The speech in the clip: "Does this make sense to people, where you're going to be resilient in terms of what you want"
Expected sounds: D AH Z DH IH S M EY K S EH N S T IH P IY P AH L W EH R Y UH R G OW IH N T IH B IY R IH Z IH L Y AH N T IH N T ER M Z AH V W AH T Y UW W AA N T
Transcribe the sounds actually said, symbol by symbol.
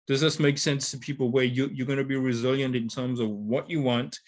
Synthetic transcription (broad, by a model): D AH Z DH IH S M EY K S EH N S T IH P IY P L W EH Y Y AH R G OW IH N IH B IY R IH Z IH L Y AH N T IH N T ER M Z AH V W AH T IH W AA N T